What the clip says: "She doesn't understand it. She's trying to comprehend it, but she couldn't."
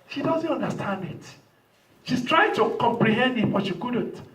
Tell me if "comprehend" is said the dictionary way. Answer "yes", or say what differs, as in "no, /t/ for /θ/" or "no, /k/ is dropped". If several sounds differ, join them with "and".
yes